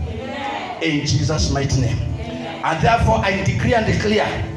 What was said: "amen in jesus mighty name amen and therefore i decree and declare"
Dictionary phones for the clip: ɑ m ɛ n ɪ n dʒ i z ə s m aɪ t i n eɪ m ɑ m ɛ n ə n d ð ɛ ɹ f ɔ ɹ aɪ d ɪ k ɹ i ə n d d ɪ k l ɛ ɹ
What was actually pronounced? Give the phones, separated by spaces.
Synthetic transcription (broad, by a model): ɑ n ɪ n dʒ i z ə s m aɪ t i n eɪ ɑ m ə n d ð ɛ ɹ f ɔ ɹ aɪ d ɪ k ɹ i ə n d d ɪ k l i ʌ